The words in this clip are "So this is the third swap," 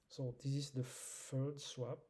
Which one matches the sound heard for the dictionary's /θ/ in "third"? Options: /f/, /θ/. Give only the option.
/f/